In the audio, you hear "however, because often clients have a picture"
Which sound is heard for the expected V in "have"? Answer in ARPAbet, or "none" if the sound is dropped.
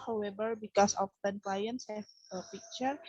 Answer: F